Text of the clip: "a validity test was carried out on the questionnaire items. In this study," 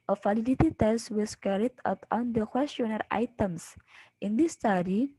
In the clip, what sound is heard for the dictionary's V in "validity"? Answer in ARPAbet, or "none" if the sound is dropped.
F